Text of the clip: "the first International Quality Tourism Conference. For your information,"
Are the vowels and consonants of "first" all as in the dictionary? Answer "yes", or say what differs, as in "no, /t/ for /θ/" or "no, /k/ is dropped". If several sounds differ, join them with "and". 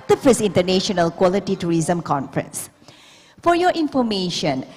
no, /t/ is dropped